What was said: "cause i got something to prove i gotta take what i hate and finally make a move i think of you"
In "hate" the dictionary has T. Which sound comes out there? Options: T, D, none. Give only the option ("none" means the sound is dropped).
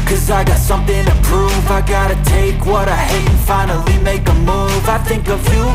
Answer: none